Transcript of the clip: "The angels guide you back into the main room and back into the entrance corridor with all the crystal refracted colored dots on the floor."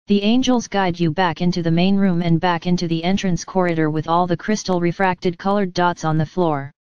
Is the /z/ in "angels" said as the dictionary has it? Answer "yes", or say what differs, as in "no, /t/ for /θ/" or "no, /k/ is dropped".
yes